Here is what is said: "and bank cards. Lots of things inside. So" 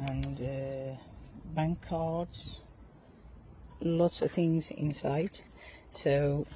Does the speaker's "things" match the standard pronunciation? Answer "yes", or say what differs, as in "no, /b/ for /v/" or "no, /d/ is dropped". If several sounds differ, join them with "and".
yes